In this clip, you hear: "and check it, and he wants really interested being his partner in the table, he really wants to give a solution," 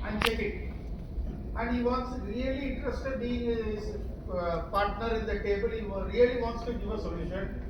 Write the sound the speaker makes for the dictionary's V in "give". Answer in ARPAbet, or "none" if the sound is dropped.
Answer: none